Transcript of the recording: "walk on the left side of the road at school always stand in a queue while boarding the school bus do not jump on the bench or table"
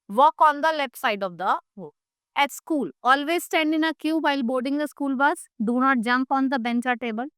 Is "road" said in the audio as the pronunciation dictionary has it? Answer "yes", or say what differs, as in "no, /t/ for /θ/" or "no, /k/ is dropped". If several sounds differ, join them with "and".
no, /d/ is dropped